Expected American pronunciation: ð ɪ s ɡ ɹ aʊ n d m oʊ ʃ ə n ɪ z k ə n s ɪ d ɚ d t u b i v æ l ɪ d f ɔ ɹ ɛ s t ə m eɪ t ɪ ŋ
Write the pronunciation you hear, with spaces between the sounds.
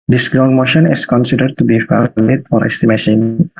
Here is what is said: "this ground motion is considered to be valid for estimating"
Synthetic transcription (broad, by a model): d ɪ s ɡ ɹ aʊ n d m oʊ ʃ ə n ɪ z k ə n s ɪ d ɚ d t u b i f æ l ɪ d f ɔ ɹ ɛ s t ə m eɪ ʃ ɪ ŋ